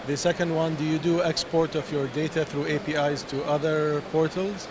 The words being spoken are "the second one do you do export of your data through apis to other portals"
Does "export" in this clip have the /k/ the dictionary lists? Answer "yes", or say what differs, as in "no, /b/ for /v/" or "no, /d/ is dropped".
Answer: yes